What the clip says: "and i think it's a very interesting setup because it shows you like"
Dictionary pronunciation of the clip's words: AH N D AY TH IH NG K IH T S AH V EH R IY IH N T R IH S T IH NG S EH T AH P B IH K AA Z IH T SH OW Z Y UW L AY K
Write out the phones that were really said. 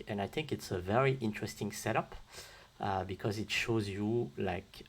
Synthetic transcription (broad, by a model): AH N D AY TH IH NG K IH T S AH V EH R IY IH N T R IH S T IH NG S EH T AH P B IH K AA Z IH T SH OW Z Y UW L AY K